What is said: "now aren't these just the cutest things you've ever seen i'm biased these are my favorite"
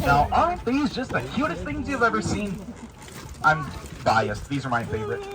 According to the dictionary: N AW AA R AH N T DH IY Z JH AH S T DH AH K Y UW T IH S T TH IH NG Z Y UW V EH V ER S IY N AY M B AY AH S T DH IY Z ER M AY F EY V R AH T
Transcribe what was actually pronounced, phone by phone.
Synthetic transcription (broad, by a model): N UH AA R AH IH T DH IY Z JH AH S T DH AH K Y UW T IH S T TH IH NG Z Y UW V EH V ER S IY N AY M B AY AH S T DH IY Z ER M AY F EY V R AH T